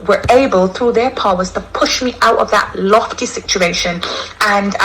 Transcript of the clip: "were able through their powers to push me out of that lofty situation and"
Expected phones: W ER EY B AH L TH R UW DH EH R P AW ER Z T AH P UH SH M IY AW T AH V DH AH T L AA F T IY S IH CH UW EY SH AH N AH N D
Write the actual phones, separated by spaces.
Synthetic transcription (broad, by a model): W ER EY B AH L TH R UW DH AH R P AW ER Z T AH P UH SH M IY AW T AH V DH AH T L AA F T IY S IH CH UW EY SH AH N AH N